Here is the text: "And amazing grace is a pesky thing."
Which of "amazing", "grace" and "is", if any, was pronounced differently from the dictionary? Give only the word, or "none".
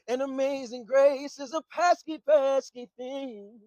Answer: none